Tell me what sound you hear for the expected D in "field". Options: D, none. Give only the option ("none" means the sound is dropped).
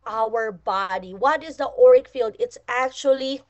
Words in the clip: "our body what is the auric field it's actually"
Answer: D